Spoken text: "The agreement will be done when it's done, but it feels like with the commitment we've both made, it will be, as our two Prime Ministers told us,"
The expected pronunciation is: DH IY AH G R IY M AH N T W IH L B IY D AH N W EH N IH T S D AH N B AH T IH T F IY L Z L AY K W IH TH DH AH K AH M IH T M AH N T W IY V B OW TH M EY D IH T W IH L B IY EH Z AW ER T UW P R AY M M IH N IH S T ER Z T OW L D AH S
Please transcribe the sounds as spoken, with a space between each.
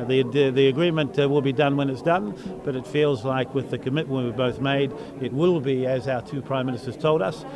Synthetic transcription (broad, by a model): DH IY AH G R IY M AH N T W IH L B IY D AH N W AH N IH T S D AH N B AH T IH T F IY L Z L AY K W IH DH AH K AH M IH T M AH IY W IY B OW TH M EY D IH T W IH L B IY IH Z AW ER T UW P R AY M M IH N IH S T ER Z T OW L D AH S